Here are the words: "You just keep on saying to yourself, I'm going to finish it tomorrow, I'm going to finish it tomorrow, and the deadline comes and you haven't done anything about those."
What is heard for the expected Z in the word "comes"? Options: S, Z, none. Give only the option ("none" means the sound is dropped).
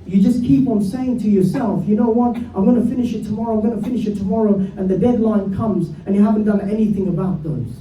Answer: Z